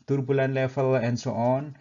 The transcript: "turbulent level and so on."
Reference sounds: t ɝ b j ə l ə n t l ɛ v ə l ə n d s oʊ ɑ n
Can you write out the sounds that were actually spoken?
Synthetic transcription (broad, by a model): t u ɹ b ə l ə n l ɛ f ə l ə n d s oʊ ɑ n